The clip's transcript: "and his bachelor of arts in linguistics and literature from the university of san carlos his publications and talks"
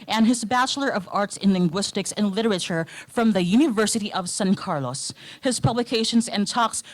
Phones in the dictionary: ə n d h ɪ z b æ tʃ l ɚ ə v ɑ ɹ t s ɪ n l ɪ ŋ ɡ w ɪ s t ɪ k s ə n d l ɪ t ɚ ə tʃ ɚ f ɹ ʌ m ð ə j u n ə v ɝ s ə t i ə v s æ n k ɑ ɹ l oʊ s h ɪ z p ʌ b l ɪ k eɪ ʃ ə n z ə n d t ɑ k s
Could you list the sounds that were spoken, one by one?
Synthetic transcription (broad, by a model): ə n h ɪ z b æ tʃ l ɚ ə v ɑ ɹ t s ɪ n l ɪ ŋ ɡ w ɪ s t ɪ k s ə n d l ɪ t ɚ ə tʃ ɚ f ɹ ʌ m ð ə j u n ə v ɝ s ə t i ə v s æ n k ɑ ɹ l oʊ s h ɪ z p ʌ b l ɪ k eɪ ʃ ə n z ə n t ɑ k s